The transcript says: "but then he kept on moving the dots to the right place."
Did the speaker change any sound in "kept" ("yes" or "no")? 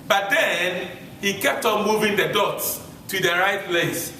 no